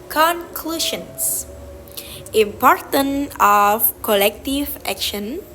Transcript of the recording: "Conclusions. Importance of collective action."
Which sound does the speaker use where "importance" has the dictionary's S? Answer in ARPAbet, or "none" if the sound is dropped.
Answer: none